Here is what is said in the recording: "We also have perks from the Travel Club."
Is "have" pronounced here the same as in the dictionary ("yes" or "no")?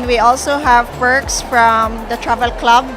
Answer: yes